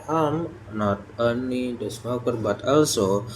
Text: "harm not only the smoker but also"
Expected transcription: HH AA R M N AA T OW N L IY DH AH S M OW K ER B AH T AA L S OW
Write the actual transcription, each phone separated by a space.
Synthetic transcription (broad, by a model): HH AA M N AA T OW N IY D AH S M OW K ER B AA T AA L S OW